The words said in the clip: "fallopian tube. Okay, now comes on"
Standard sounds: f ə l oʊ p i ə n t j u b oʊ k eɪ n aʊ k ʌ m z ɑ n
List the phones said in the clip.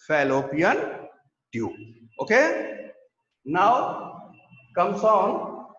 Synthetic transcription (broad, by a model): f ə l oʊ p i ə n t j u oʊ k eɪ n aʊ k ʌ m s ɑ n